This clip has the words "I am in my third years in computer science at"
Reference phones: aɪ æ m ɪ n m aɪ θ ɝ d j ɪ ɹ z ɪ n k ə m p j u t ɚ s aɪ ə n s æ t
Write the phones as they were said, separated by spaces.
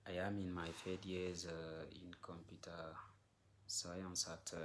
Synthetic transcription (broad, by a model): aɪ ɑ m ɪ n m aɪ f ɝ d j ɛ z ɪ n k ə m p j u t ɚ s aɪ ə n s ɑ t